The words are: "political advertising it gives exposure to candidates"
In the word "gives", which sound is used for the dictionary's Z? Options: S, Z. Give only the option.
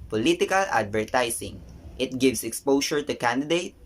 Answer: S